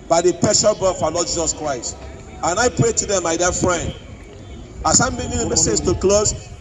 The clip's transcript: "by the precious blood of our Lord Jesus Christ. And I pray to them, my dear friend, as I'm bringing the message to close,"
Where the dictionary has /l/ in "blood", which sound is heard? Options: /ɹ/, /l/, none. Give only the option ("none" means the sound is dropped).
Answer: none